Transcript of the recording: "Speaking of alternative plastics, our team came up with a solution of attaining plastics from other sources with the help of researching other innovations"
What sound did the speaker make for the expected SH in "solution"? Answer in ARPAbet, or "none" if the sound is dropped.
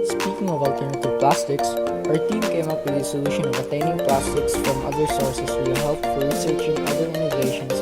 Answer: SH